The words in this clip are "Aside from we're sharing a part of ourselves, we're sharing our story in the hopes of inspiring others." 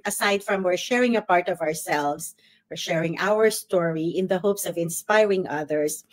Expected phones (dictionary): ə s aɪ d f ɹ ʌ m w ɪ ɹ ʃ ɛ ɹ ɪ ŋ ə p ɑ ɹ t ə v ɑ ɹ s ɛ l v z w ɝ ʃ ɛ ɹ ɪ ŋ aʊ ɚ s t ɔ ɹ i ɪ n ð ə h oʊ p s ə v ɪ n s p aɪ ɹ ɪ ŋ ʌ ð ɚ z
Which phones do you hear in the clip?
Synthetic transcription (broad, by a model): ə s aɪ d f ɹ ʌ m w ɪ ɹ ʃ ɛ ɹ ɪ ŋ ə p ɑ ɹ t ə v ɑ ɹ s ɛ l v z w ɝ ʃ ɛ ɹ ɪ ŋ aʊ ɚ s t ɔ ɹ i ɪ n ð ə h oʊ p s ə v ɪ n s p aɪ ɹ ɪ ŋ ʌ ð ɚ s